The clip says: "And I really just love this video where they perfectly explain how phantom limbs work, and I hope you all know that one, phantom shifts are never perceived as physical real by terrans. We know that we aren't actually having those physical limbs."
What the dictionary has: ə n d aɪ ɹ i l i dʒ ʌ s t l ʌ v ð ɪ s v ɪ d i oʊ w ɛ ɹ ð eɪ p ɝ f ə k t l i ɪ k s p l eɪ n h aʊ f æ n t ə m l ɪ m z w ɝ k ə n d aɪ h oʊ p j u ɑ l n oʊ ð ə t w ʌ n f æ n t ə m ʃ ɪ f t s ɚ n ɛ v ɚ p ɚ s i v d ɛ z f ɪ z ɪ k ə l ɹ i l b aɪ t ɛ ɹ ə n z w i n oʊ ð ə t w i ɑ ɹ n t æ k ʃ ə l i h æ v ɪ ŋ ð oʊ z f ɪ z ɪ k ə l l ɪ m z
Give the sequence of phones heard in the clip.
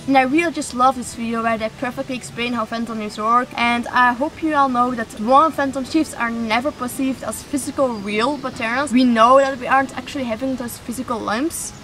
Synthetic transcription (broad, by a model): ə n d aɪ ɹ i l i dʒ ʌ s t l ʌ v ð ɪ s f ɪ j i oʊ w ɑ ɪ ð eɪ p ɝ f ə k t l i ɪ k s p l eɪ n h aʊ f æ n t ə m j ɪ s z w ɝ k ə n d aɪ h oʊ p j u ɑ l n oʊ ð ə t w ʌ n f æ n t ə m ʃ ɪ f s ɚ n ɛ v ɚ p ɚ s i v d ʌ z f ɪ z ɪ k ə l ɹ i l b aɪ t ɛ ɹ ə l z w i n oʊ ð ə t w i ɑ ɹ n t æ k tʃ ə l i h æ v ɪ ŋ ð oʊ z f ɪ z ɪ k ə l l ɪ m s